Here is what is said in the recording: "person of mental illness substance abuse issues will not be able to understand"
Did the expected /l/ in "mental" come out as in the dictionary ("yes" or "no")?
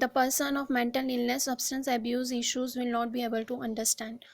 yes